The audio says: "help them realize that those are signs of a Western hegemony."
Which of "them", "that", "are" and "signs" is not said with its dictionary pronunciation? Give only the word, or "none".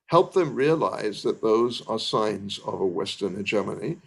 none